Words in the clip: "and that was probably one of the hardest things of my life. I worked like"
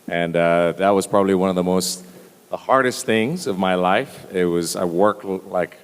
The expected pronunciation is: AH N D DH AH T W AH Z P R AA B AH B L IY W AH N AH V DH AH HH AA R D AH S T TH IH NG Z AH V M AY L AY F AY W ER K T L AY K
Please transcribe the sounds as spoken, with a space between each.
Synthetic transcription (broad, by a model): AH N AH DH AH T W AH Z P R AA B AH B L IY W AH N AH V DH AH HH AA R D AH S T TH IH NG Z AH V M AY L AY F AY W ER K T L AY K